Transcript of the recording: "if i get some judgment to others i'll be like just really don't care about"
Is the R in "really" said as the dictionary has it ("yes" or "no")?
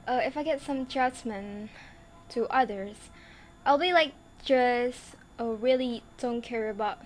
yes